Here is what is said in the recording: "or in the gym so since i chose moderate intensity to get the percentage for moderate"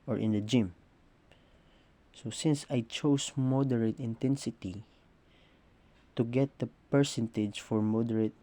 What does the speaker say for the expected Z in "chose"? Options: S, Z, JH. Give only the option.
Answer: S